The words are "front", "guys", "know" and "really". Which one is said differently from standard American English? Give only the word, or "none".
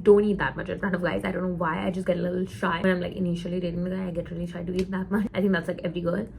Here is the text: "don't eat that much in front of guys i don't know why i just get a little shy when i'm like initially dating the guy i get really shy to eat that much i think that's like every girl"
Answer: front